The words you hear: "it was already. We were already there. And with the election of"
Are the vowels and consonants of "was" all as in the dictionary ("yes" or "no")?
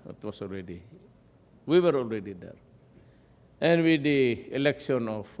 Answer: no